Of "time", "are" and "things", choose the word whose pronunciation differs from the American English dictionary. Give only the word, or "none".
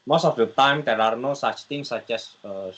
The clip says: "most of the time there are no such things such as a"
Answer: things